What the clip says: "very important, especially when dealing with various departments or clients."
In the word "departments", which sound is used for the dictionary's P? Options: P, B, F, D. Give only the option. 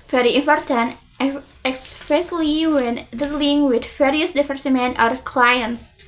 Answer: F